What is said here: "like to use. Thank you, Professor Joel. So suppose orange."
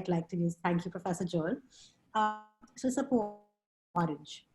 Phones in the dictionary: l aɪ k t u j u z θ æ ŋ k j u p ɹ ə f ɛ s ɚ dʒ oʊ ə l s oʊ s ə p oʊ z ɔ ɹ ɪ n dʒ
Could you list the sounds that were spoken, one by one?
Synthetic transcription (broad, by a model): l aɪ k t u j u z t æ ŋ k j u p ɹ ə f ɛ s ɚ dʒ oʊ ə s oʊ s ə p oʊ ɔ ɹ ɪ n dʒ